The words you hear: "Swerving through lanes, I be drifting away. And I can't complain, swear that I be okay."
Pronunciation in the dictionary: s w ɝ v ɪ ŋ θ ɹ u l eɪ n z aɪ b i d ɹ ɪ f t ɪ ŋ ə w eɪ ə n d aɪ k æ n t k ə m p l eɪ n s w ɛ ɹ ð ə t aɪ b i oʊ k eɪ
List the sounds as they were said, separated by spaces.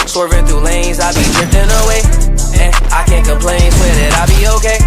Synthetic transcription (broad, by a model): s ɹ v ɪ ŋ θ u l eɪ n z aɪ b i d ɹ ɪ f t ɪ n ə w eɪ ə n aɪ k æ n k ə m p l eɪ n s w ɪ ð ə t aɪ b i oʊ k eɪ